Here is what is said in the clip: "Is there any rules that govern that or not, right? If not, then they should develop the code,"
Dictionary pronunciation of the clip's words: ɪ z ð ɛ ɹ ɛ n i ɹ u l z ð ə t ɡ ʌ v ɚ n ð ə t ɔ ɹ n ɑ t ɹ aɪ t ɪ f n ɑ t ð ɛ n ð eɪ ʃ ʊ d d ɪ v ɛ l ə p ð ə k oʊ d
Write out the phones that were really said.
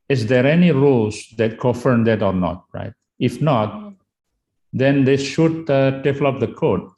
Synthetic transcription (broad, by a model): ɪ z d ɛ ɹ ɛ n i ɹ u l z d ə t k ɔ f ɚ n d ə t ɔ ɹ n ɑ t ɹ aɪ t ɪ f n ɑ t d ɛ n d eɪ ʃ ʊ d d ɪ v l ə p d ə k oʊ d